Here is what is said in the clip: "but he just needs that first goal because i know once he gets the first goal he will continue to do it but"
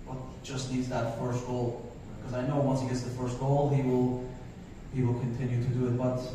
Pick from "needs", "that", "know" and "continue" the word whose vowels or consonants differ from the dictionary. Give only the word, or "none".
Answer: none